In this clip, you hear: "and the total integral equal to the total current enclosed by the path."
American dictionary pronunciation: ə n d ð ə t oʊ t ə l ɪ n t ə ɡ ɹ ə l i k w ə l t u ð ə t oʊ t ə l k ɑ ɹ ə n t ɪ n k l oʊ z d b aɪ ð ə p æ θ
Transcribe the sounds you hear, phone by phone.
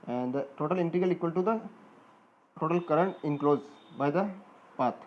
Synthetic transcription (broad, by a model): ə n d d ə t oʊ t ə l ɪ n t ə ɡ ə l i k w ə l t u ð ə t oʊ t ə l k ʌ ɹ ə n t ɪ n k l oʊ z b aɪ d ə p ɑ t